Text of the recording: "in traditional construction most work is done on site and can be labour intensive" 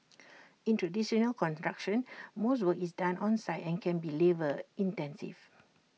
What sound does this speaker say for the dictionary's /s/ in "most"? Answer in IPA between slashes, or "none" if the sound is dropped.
/s/